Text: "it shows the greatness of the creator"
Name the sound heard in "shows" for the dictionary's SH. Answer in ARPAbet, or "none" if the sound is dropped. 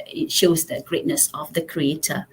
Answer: SH